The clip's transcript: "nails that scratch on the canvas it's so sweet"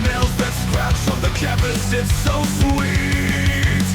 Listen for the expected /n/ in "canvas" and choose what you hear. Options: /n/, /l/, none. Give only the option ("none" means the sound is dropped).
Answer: none